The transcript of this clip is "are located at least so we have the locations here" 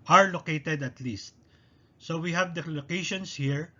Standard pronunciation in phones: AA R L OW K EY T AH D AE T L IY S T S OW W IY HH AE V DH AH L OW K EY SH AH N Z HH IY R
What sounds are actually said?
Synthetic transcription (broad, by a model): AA R L OW K EY T AH D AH T L IY S T S OW W IY HH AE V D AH L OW K EY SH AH N S HH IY R